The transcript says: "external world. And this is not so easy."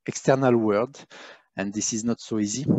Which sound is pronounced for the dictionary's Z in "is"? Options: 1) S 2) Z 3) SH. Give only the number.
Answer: 2